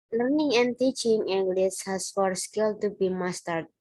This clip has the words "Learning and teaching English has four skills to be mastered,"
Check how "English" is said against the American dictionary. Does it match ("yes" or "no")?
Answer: no